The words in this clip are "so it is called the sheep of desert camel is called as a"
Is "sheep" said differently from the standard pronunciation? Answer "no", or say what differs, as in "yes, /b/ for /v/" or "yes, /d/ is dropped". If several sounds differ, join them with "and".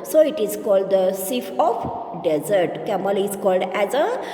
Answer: yes, /s/ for /ʃ/